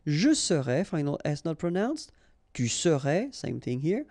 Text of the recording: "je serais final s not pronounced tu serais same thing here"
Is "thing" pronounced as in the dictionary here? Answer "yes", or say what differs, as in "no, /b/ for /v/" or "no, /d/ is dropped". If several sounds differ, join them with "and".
yes